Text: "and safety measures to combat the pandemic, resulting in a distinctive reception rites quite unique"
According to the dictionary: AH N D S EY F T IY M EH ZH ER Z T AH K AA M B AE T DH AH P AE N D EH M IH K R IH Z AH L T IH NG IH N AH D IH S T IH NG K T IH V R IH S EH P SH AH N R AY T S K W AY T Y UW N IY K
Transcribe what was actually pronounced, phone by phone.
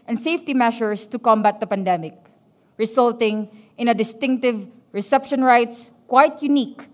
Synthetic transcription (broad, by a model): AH N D S EY F T IY M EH SH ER S T AH K AA M B AE T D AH P AE N D EH M IH K R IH S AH L T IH NG IH N AH D IH S T IH NG K T IH V R IH S EH P SH AH N R AY T S K W AY T Y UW N IY K